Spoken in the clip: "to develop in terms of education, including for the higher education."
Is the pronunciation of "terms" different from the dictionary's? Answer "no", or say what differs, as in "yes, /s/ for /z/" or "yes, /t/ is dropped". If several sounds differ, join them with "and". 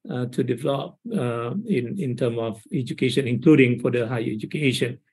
yes, /z/ is dropped